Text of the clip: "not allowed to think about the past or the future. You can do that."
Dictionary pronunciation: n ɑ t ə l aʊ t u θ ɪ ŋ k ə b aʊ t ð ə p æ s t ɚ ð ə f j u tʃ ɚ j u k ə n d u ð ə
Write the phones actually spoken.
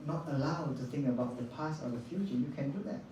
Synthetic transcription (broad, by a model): n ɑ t ə l aʊ t u θ ɪ ŋ k ə b aʊ t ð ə p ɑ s ɔ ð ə f j u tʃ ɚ j u k ə n d u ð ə